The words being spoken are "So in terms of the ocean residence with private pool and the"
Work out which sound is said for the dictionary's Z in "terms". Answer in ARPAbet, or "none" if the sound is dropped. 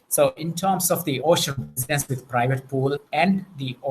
S